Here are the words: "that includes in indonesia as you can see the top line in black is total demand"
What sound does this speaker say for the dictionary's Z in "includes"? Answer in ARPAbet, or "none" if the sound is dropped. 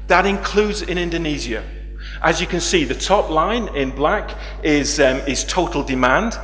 Z